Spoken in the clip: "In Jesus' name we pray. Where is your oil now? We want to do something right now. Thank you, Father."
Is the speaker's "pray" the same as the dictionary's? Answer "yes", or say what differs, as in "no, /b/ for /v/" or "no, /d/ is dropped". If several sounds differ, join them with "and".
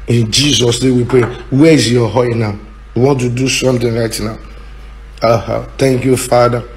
yes